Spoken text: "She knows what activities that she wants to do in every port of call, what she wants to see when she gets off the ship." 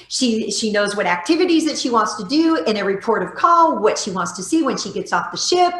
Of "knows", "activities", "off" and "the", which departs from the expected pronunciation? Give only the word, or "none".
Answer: none